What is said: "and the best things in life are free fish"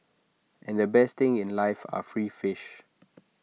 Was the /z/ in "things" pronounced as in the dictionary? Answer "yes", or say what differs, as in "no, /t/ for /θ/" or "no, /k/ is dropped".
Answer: no, /z/ is dropped